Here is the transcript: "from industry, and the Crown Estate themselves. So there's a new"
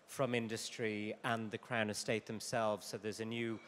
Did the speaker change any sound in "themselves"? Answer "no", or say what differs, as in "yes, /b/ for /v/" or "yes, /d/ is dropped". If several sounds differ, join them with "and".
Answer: no